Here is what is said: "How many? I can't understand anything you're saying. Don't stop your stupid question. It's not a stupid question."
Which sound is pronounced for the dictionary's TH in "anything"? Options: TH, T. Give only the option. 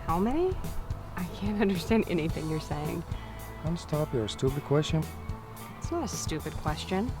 TH